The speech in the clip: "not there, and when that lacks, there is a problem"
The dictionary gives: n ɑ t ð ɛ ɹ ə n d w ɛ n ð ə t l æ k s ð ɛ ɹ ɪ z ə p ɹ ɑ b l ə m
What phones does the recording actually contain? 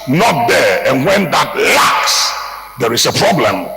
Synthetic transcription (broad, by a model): n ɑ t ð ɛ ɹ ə n w ɛ n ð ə t l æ k s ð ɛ ɹ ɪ s ə p ɹ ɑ b l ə m